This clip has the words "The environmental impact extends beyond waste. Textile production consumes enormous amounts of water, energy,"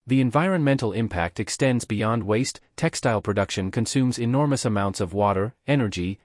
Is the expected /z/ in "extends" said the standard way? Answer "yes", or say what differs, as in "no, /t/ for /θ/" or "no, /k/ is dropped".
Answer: yes